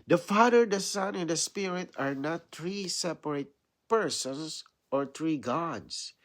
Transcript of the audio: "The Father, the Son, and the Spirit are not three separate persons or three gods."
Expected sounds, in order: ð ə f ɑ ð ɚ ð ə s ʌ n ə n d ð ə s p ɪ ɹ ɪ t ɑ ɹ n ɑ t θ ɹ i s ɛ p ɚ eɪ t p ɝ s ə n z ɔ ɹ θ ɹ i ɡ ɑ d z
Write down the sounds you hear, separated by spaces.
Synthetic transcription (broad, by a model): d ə f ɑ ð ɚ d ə s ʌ n ə n d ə s p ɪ ɹ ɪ t ɑ ɹ n ɑ t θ ɹ i s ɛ p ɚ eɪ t p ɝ s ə n s ɔ ɹ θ ɹ i ɡ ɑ d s